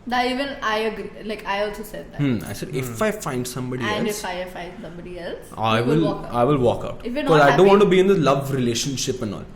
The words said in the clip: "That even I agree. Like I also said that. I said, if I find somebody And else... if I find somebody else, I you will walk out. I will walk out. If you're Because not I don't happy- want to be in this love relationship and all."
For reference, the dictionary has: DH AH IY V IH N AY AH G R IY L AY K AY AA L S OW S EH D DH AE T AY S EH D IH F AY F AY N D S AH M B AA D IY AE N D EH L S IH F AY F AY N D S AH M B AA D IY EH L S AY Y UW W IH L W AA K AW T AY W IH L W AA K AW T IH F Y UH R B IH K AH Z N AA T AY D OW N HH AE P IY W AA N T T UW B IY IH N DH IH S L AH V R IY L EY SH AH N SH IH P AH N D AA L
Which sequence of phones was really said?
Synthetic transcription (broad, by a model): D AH IY V IH N AY AH G R IY L AY K AY AA L S OW S EH D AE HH AY S EH D IH F AY F AY N D S AH M B AA D IY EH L IH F AY F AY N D S AH M B AA D IY EH L S AY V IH L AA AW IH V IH L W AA K AW T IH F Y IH AH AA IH D OW N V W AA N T T UW B IY IH N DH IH L AH V R IY L EY SH AH N SH IH P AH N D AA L